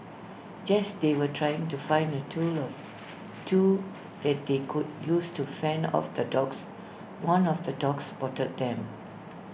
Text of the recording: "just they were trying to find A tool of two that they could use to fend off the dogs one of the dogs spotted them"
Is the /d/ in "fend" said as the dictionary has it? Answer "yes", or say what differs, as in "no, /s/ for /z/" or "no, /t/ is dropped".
no, /d/ is dropped